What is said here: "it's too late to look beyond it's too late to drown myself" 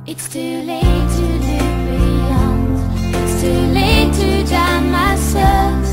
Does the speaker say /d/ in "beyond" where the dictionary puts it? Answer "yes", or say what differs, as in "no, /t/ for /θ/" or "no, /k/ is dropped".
no, /d/ is dropped